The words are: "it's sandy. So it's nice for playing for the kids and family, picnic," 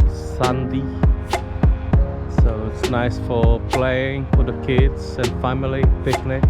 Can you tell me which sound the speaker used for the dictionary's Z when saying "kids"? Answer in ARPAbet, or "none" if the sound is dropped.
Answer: S